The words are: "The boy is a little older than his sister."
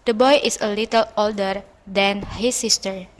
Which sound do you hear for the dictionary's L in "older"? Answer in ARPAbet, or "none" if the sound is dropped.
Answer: L